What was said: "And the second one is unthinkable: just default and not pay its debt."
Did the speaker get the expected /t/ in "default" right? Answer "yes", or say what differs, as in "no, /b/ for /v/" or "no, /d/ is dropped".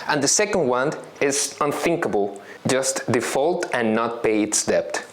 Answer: yes